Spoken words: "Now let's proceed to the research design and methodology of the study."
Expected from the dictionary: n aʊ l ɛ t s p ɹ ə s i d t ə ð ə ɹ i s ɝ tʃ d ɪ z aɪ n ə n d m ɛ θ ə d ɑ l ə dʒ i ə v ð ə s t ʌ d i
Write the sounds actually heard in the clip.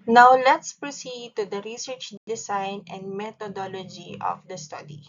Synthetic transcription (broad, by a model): n aʊ l ɛ t s p ɹ ə s i d t ə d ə ɹ i s ɝ tʃ d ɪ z aɪ n ə n d m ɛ t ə d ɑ l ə dʒ i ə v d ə s t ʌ d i